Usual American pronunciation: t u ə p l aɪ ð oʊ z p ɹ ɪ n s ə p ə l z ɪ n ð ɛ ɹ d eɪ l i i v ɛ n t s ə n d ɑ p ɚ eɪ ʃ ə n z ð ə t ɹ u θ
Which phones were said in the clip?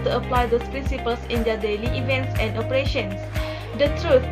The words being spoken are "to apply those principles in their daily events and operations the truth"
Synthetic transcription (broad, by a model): t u ə p l aɪ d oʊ s p ɹ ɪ n s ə p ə l s ɪ n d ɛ d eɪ l i i v ɛ n t s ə n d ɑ p ɚ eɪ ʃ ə n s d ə t ɹ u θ